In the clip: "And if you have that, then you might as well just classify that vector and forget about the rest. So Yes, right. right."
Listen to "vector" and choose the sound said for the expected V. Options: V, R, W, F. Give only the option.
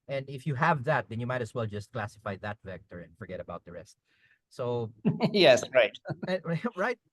V